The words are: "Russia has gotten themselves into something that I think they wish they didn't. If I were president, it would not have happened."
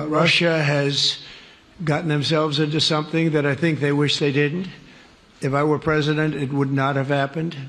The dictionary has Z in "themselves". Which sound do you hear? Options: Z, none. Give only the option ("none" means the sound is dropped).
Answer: Z